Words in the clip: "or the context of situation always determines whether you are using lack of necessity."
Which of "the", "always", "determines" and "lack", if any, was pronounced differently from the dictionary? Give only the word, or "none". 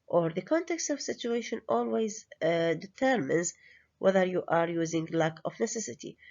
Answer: none